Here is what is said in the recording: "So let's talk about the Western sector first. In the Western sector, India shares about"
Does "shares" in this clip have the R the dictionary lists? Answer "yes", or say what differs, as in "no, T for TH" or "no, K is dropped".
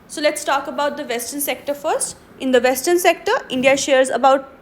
yes